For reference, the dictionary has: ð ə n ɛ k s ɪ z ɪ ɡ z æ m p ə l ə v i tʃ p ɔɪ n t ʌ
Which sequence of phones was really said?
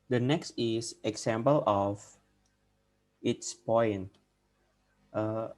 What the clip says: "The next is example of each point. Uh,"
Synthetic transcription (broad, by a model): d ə n ɛ k s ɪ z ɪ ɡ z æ m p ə l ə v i s p ɔɪ n t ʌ